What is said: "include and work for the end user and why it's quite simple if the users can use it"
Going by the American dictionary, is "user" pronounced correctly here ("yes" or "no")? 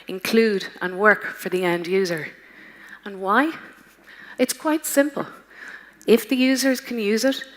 yes